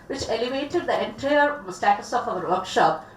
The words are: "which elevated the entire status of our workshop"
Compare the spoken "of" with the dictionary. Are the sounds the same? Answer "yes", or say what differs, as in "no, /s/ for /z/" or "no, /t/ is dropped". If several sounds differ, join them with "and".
no, /p/ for /v/